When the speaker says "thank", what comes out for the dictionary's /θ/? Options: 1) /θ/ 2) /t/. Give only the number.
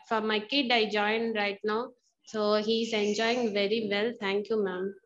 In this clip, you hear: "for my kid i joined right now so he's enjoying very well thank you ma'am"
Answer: 2